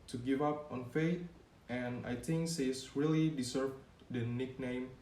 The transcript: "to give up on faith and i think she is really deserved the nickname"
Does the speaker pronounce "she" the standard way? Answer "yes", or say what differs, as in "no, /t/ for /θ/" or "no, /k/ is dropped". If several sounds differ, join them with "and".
no, /s/ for /ʃ/